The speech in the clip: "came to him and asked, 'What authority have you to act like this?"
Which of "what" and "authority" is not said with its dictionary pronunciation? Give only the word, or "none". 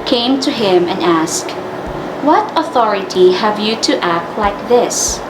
none